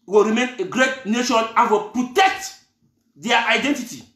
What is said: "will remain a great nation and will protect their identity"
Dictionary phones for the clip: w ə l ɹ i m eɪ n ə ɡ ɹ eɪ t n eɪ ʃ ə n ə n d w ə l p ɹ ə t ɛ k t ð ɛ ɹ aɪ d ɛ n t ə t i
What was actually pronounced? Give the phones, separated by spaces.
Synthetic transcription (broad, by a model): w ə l ɹ i m eɪ n ə ɡ ɹ eɪ t n eɪ ʃ ə n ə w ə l p ɹ ə t ɛ k t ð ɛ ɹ aɪ d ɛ n t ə t i